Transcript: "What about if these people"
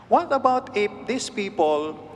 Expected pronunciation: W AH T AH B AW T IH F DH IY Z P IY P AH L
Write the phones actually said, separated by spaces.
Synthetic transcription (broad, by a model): W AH T AH B AW T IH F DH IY S P IY P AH L